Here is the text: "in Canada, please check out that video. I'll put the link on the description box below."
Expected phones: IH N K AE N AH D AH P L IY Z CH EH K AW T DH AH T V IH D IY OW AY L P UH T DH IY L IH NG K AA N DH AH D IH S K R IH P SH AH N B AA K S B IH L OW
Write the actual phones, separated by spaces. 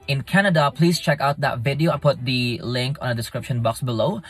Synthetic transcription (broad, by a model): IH N K AE N AH D AH P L IY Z CH EH K AW T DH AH T V IH D IY OW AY N P UH T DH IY L IH NG K AA N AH D IH S K R IH P SH AH N B AA K S B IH L OW